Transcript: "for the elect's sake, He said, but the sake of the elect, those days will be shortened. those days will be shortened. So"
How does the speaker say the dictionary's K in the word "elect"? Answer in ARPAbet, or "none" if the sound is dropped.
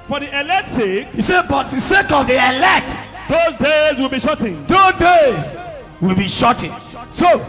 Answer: none